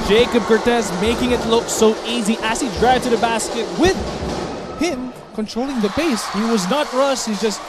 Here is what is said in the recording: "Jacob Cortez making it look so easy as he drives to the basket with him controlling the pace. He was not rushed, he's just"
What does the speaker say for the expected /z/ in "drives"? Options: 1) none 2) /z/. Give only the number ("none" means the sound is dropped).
1